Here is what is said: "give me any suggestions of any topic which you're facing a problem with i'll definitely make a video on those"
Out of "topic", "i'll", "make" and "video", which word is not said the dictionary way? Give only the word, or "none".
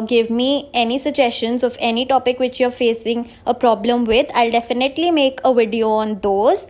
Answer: none